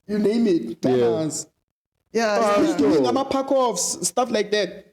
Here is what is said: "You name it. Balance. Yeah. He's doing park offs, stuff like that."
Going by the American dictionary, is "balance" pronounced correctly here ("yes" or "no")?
no